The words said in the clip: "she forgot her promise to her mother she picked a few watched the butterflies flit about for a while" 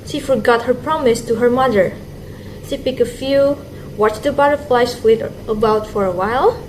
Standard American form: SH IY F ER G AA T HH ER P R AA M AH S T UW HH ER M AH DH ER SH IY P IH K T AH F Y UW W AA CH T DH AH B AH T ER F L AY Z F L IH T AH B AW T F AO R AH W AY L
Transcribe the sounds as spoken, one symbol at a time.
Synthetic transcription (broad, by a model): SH IY F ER G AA T HH ER P R AA M AH S T UW HH ER M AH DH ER SH IY P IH K AH F Y UW W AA CH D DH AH B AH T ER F L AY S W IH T AH B AW T F AO R AH W AY L